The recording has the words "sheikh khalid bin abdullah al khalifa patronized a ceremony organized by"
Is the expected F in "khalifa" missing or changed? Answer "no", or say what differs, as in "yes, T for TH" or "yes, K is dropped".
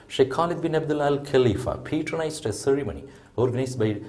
no